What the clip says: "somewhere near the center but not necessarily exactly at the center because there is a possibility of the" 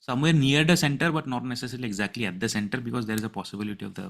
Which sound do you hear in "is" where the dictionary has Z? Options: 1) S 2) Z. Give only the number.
2